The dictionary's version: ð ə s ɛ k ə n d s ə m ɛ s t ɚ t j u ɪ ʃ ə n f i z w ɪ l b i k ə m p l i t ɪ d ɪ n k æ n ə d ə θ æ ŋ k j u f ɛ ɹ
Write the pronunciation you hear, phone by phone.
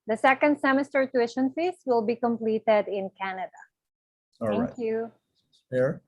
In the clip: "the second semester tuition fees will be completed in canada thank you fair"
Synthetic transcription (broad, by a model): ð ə s ɛ k ə n d s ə m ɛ s t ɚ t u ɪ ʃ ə n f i s w ɪ l b i k ə m p l i t ɪ d ɪ n k æ n ə d ə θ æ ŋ k j u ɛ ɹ